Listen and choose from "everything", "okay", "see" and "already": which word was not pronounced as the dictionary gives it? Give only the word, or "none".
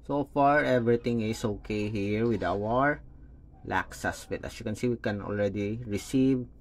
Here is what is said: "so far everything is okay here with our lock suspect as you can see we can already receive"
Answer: everything